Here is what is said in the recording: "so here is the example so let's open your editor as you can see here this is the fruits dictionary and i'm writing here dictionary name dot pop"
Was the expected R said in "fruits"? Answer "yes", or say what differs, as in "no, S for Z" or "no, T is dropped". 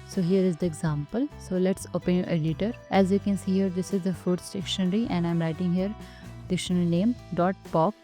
no, R is dropped